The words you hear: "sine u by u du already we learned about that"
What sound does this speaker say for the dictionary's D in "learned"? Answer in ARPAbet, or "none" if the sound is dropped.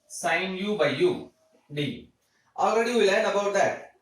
none